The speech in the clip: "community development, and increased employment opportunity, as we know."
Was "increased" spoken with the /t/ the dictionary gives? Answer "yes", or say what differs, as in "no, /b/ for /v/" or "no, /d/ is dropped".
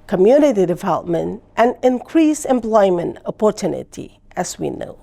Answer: no, /t/ is dropped